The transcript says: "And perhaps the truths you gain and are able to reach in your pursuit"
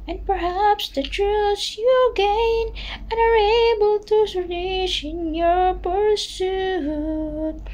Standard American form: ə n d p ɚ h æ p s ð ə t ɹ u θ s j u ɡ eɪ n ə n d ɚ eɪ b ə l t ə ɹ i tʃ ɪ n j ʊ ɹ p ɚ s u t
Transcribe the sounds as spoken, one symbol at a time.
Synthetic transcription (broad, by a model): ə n p ɚ h æ p s ð ə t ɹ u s j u ɡ eɪ n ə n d ɚ eɪ b ə l t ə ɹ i ʃ ɪ n j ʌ ɹ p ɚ s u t